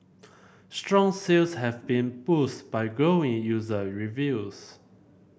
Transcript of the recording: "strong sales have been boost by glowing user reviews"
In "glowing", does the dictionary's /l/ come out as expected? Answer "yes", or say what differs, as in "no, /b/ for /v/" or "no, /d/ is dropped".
no, /l/ is dropped